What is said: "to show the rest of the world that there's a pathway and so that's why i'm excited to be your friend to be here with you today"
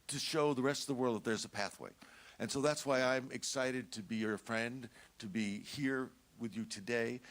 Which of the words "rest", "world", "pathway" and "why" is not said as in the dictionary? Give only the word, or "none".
none